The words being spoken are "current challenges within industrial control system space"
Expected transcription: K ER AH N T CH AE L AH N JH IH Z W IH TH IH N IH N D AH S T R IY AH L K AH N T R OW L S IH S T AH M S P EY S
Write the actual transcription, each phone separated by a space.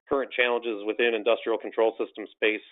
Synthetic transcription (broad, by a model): K ER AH N CH AE L AH N JH IH Z W IH TH IH N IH N D AH S T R IY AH L K N T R OW L S IH S T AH M S P EY S